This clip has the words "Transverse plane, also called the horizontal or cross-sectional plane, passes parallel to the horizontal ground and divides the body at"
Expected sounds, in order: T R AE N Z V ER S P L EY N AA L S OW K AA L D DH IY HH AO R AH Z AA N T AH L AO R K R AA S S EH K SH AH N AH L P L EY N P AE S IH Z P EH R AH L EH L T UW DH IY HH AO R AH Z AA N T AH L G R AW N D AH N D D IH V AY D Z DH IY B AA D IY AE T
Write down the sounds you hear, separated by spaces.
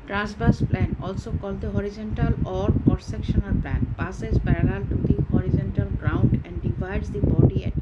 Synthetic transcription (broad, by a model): T R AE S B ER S P L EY N AA L S OW K AA L D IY HH AO R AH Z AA N T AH L AO R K AA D S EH K SH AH N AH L P L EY N P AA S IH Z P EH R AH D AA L T UW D IY HH AO R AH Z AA N T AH L G R AW N D AH N D D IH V AY D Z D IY B AA D IY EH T